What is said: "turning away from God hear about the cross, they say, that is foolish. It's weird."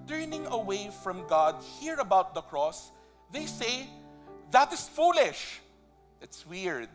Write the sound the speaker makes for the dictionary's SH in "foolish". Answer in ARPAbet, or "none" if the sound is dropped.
SH